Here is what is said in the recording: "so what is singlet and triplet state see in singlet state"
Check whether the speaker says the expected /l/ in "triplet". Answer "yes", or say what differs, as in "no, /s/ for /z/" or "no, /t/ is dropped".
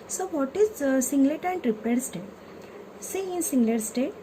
no, /l/ is dropped